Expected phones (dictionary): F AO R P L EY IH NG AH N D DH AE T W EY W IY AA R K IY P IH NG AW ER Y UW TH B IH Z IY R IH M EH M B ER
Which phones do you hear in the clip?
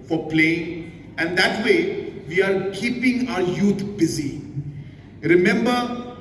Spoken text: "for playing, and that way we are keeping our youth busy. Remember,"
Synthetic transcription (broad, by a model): F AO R P L EY IH NG AH N D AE T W EY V IY AA R K IY P IH NG AW ER Y UW T B IH Z IY R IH M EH M B ER